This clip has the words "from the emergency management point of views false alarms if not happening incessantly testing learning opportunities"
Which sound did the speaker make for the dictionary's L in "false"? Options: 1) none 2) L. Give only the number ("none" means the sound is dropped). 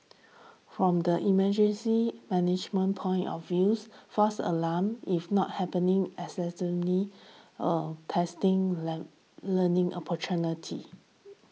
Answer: 1